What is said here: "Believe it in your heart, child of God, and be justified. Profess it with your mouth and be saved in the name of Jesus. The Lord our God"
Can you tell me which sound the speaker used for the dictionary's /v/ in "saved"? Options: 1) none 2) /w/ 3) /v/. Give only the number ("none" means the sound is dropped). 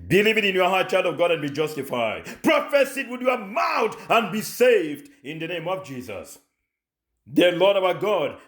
3